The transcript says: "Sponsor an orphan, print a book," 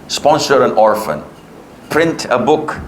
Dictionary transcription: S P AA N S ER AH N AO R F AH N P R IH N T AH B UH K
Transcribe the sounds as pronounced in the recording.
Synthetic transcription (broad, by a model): S P AA N S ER AH N AO R F AH N P R IH N T AH B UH K